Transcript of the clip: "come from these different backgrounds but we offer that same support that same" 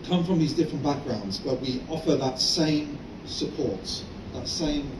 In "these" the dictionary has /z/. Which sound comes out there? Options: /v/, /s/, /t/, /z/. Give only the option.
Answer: /z/